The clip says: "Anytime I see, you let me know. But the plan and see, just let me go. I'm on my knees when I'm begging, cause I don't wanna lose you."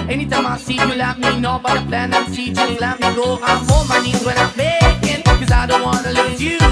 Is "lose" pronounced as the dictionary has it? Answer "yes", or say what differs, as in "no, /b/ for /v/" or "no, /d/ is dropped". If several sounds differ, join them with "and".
no, /z/ is dropped